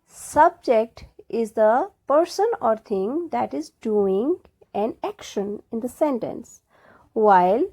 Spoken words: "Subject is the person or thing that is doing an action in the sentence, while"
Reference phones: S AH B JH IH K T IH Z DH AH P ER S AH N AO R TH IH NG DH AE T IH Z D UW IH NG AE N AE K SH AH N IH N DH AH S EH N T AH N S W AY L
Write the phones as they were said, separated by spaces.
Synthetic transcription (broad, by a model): S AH B JH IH K T IH Z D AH P ER S AH N AO R T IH NG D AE T IH Z D UW IH NG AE N AE K SH AH N IH N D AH S EH N T AH N S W AY L